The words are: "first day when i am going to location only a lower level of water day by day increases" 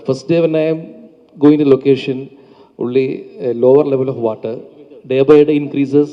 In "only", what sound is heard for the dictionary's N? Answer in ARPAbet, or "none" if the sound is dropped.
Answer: none